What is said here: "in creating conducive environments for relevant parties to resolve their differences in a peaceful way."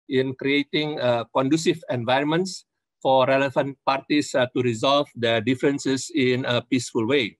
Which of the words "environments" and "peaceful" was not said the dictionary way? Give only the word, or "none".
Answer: none